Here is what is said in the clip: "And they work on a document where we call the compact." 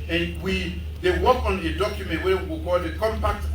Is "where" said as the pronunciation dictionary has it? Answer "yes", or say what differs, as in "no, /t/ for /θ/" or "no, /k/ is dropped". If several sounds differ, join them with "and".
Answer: no, /w/ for /ɹ/